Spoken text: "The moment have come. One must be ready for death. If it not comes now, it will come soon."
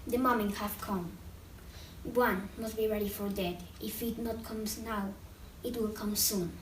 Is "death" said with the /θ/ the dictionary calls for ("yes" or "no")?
no